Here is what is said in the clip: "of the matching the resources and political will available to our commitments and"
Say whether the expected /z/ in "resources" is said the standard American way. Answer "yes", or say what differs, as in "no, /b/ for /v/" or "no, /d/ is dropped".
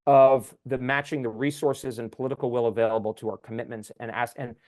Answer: yes